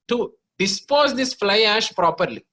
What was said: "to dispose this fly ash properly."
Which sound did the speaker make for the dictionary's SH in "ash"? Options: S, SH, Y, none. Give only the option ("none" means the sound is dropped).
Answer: SH